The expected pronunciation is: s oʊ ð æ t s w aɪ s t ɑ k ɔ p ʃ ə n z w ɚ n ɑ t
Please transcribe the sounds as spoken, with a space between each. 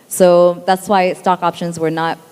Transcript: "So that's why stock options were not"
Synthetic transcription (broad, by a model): s oʊ ð æ t s w aɪ s t ɑ k ɔ p ʃ ə n z w ɚ n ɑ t